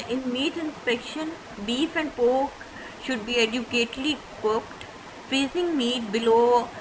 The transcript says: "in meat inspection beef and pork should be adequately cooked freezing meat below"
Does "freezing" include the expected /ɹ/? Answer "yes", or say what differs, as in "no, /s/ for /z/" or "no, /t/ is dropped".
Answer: no, /ɹ/ is dropped